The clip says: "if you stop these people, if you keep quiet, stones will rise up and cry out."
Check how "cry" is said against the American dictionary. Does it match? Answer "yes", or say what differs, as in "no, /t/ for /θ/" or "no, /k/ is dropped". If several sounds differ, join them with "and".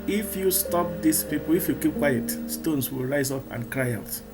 yes